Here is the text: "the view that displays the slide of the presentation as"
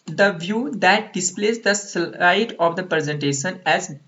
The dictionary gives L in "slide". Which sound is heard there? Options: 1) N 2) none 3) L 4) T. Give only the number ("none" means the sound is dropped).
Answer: 2